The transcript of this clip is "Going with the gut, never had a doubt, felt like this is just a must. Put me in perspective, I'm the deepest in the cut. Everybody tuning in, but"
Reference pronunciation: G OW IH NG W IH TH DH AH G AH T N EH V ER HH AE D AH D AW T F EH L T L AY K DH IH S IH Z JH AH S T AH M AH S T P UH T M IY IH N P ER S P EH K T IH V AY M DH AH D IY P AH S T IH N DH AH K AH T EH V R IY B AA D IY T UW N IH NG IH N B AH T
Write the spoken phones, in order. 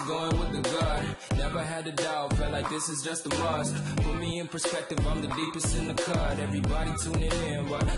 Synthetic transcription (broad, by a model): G OW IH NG W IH DH AH G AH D N EH V ER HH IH D AH D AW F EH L L AY K DH IH S IH Z JH AH S T AH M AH S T F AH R M IY IH N P ER S P EH K T IH V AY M DH AH D IY P AH S T IH N DH AH K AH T EH V R IY B AA D IY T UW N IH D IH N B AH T